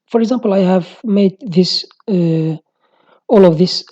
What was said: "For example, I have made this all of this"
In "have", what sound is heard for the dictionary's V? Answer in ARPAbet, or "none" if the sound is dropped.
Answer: V